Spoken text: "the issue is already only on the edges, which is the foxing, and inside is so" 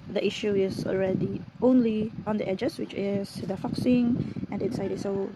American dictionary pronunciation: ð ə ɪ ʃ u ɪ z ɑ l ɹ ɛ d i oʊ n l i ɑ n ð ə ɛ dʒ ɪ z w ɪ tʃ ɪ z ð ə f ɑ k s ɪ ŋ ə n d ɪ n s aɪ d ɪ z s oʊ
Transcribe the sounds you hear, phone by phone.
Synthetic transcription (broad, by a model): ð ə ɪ ʃ u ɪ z ɑ l ɹ ɛ d i oʊ n l i ɑ n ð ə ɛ dʒ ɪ s w ɪ tʃ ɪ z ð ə f ɑ k s ɪ ŋ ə n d ɪ n s aɪ d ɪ s oʊ